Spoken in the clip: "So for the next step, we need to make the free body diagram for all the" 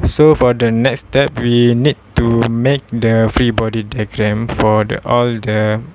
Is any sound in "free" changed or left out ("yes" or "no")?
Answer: no